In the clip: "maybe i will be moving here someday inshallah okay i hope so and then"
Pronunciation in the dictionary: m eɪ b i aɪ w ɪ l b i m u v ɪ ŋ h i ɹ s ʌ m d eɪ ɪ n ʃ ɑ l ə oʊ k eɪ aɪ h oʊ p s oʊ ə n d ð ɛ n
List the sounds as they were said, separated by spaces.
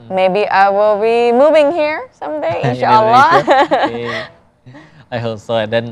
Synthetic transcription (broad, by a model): m eɪ b i aɪ w ɪ l b i m u v ɪ ŋ h i ɹ s ʌ m d eɪ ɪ n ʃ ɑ ə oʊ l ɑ aɪ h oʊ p s oʊ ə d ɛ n